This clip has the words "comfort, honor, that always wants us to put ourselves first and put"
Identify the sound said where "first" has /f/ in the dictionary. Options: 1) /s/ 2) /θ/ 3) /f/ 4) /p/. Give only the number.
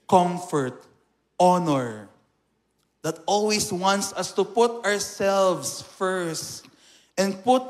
3